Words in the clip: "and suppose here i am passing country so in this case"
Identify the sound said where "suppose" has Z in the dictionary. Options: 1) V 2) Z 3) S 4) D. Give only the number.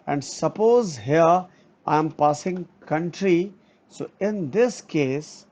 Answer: 2